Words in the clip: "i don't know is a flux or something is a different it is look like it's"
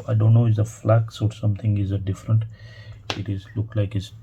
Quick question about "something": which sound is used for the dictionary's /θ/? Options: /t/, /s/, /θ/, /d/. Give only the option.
/t/